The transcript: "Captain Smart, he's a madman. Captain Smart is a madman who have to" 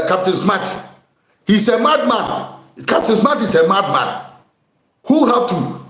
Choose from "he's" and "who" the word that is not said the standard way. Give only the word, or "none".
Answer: he's